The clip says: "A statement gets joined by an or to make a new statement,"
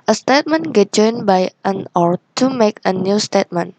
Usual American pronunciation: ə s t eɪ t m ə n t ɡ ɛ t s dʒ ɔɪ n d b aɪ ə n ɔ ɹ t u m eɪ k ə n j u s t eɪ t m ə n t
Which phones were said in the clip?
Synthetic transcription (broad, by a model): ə s t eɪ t m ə n ɡ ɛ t dʒ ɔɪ n b aɪ ə n ɔ ɹ t u m eɪ k ə n j u s t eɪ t m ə n